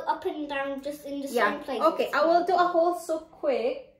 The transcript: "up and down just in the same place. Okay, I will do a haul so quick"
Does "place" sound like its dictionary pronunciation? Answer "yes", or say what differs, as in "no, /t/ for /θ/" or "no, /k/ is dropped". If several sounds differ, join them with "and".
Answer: no, /s/ is dropped